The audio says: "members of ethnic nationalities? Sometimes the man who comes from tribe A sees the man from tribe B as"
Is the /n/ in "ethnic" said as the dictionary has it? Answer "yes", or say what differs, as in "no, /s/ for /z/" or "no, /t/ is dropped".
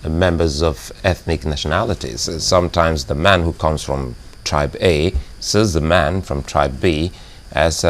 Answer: yes